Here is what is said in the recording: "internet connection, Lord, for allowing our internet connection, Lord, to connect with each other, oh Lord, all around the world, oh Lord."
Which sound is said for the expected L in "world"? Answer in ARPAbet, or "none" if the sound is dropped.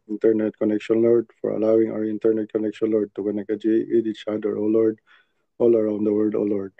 none